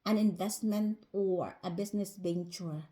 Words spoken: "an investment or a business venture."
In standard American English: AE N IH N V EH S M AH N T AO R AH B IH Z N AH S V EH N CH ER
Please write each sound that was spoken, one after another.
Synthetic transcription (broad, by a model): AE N IH N V EH S M AH N T AO R AH B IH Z N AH S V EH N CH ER